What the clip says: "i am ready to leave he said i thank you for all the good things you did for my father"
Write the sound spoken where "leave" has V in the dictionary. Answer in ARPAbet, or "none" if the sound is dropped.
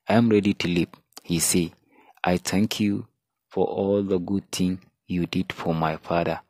P